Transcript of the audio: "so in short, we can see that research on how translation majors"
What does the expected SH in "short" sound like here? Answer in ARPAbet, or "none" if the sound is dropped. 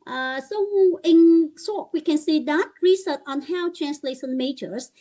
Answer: S